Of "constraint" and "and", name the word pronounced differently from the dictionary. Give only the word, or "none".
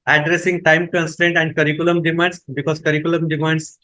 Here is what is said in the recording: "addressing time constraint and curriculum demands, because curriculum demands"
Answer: none